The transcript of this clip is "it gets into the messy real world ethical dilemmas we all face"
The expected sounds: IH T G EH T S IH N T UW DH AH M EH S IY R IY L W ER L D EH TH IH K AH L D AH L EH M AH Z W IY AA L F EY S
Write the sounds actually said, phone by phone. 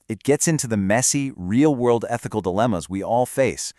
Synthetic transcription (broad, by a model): IH T G EH T S IH N T UW DH AH M EH S IY R IY L W ER L D EH TH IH K L D AH L EH M AH Z W IY AA L F EY S